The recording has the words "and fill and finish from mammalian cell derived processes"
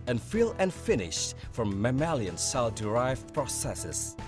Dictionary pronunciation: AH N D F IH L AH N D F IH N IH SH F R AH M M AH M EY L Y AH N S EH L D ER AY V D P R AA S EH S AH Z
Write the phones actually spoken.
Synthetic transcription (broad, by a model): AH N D F IH L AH N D F IH N IH SH F R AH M M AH M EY L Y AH N S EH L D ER AY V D P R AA S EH S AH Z